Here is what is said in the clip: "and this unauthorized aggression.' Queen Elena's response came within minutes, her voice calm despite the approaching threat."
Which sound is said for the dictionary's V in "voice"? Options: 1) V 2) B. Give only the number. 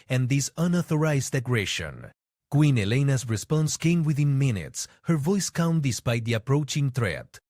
1